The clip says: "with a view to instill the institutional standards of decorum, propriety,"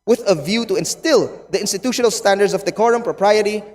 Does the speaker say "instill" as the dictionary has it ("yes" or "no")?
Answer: yes